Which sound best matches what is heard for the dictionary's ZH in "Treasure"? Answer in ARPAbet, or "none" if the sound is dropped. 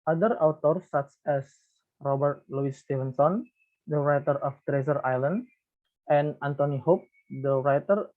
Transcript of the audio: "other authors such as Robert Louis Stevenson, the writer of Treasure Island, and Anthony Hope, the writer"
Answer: Z